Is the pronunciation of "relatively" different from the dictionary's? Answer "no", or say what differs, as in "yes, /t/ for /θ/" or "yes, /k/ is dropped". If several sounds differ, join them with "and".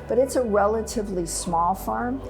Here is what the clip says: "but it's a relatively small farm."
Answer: no